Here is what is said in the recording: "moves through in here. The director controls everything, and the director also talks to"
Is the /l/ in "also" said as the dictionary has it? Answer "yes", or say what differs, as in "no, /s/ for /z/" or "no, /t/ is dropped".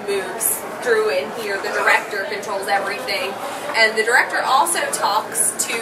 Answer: yes